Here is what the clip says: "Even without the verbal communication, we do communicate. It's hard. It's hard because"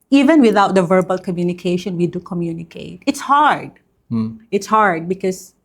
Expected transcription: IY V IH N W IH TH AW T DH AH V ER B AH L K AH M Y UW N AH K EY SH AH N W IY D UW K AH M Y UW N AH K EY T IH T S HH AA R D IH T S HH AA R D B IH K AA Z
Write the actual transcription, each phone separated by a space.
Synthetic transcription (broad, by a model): IY V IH N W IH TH AW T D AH V ER B AH L K AH M Y UW N AH K EY SH AH N W IY D UW K AH M Y UW N AH K EY T IH T S HH AA R D IH T S HH AA R D B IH K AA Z